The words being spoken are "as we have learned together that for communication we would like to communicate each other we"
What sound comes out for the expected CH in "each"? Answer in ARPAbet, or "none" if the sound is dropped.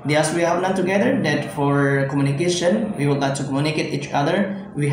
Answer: CH